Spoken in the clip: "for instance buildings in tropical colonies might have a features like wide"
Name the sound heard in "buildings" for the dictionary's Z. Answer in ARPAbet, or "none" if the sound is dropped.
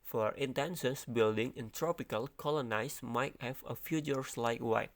none